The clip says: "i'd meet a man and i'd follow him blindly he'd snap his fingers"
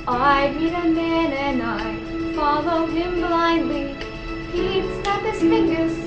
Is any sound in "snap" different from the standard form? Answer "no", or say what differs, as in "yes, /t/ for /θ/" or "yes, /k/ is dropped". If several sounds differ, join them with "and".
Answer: yes, /n/ is dropped